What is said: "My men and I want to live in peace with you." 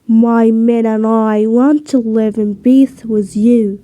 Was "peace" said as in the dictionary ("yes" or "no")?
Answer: no